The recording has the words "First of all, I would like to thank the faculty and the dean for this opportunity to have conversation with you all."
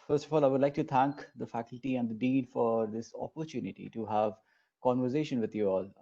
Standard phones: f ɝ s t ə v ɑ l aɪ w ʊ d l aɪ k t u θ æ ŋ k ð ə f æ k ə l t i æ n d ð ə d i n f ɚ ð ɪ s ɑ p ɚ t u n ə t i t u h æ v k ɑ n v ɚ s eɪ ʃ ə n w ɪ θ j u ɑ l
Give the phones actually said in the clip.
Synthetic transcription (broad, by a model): f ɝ s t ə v ɑ l aɪ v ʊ d l aɪ k t u t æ ŋ k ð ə f æ k ə l t i æ n d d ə d i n f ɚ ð ɪ s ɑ p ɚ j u n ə t i t u h æ v k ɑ n v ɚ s eɪ ʃ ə n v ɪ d j u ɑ l